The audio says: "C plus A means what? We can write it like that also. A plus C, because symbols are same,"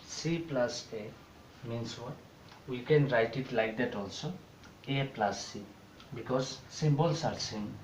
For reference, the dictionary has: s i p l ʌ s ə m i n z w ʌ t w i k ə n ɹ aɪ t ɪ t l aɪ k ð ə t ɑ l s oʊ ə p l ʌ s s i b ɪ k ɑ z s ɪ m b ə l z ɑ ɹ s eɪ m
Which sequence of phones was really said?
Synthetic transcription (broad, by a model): s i p l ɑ s ə m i n s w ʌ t w i k ə n ɹ aɪ t ɪ t l aɪ k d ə t ɑ l s oʊ ə p l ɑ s s i b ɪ k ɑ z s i m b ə l s ɑ ɹ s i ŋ